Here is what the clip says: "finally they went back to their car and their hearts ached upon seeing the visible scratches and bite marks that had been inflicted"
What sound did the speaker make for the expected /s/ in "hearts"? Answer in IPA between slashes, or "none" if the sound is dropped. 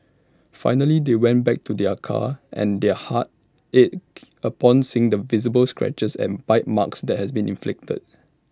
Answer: none